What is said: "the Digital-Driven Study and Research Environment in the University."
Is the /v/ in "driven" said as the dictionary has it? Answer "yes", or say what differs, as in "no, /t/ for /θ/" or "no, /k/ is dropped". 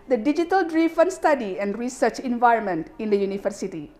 no, /f/ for /v/